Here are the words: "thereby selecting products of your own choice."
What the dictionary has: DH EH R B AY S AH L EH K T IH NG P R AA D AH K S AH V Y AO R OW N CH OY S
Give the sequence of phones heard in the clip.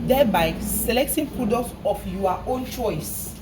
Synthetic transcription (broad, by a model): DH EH B AY S AH L EH K T IH NG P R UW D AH S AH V Y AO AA OW N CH OY S